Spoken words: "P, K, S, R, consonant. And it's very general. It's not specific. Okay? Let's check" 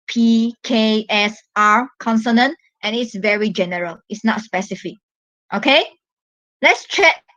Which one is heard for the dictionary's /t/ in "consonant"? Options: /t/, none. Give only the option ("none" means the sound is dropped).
/t/